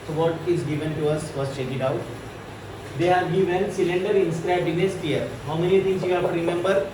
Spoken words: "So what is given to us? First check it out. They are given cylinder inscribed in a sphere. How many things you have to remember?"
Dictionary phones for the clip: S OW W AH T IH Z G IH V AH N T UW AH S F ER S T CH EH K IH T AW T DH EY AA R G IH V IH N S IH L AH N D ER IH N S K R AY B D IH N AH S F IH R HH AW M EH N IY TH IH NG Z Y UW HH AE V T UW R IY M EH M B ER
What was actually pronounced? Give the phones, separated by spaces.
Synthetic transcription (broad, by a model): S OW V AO T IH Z G IH V AH N T UW AH S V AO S CH EH K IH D AW T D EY AA R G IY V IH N S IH L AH N D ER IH N S K R AY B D IH N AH S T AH R HH AW M EH N IY T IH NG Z Y UW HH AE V T UW R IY M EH M B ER